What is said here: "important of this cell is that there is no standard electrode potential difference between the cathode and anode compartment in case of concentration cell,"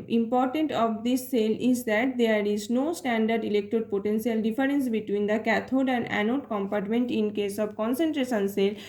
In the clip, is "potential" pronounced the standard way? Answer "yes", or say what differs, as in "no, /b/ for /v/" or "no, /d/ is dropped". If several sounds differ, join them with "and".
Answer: no, /s/ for /ʃ/